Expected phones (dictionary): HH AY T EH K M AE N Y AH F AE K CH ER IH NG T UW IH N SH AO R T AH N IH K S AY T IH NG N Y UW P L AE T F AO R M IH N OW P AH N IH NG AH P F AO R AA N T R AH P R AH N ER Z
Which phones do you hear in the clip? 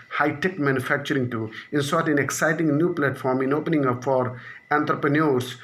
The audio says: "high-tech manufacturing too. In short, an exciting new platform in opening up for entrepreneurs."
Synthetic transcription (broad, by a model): HH AY T EH K M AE N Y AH F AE K CH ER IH NG T UW IH N S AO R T AH N IH K S AY T IH NG N Y UW P L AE T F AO R M IH N OW P AH N IH NG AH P F AO R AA N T R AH P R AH N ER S